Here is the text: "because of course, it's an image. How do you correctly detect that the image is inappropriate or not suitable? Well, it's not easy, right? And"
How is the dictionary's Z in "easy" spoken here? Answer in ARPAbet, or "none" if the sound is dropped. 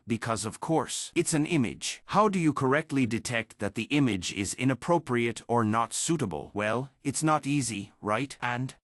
Z